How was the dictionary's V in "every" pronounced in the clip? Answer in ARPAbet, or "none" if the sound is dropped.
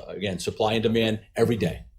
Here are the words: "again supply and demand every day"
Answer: V